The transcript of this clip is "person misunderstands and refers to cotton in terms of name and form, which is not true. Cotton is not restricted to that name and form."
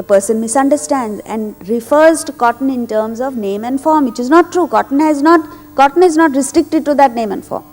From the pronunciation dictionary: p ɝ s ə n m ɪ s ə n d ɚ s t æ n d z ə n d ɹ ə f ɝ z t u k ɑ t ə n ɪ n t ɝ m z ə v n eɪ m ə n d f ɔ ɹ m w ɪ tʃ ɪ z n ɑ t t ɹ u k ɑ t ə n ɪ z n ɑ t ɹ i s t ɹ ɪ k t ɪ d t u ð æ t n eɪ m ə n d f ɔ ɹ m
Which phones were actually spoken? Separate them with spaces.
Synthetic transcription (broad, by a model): p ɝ s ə n m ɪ s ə n d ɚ s t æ n d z ə n d ɹ ə f ɝ z t u k ɑ t ə n ɪ n t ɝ m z ə v n eɪ m ə n d f ɔ ɹ m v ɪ tʃ ɪ z n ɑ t t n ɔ k ɑ t ə n ɪ z n ɑ t ɹ i s t ɹ ɪ k t ɪ d t u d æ t n eɪ m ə n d f ɔ ɹ m